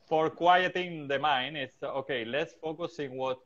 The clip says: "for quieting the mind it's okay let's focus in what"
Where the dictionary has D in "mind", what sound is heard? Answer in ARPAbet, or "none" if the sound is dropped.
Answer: none